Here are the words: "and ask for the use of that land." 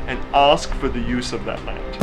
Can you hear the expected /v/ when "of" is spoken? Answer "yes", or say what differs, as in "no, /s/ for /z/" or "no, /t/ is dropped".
yes